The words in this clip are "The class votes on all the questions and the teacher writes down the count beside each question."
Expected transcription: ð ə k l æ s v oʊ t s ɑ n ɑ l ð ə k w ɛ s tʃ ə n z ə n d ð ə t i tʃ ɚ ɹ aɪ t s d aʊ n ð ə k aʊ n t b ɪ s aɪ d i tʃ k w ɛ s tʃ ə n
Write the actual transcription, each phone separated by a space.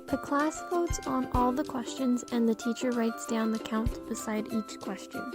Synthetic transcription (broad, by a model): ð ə k l æ s f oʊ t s n ɑ l ð ə k w ɛ s tʃ ə n z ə n ð ə t i tʃ ɚ ɹ aɪ t s d aʊ n ð ə k aʊ n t b ɪ s aɪ d i tʃ k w ɛ s tʃ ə n